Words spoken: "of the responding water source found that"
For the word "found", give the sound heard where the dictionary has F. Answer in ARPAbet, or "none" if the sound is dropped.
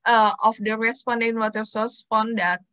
P